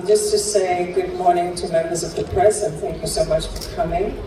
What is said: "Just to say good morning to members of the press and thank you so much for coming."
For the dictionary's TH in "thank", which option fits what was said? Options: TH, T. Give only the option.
TH